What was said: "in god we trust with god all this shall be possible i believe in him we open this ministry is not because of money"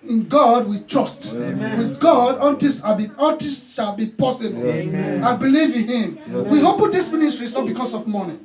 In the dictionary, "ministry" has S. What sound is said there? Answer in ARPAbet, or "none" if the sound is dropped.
S